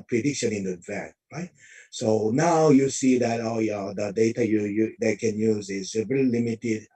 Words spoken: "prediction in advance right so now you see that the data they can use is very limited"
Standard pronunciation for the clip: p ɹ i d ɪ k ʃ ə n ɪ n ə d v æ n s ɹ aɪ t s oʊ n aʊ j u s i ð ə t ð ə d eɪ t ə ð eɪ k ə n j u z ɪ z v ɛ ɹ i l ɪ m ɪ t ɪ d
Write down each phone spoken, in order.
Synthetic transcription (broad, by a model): p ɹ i d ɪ k ʃ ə n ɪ n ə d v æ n ɹ aɪ t s oʊ n aʊ j u s i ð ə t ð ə d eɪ t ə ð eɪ k ə n j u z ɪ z v ɛ ɹ i l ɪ m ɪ t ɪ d